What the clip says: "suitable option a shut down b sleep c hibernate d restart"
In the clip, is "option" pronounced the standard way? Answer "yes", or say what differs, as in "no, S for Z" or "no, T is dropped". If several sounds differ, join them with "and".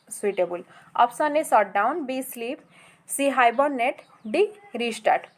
no, S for SH